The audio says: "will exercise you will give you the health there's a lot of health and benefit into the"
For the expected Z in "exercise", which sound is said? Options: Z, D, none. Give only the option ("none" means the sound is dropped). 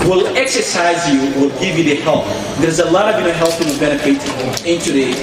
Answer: Z